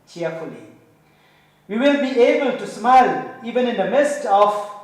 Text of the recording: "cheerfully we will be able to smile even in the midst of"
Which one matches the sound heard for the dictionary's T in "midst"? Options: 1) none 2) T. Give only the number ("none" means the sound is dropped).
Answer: 2